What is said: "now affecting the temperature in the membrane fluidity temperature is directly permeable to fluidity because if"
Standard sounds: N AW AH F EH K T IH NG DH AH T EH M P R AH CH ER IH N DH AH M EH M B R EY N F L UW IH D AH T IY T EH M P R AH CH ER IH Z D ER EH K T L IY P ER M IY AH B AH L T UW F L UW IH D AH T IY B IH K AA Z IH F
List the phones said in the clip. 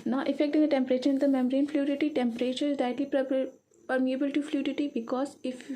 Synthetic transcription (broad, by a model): N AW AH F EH K T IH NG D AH T EH M P R AH CH ER IH N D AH M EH M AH R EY N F L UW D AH T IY T EH M P R AH CH ER IH Z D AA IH T L IY P ER M IY AH B AH L T UW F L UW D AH T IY B IH K AA Z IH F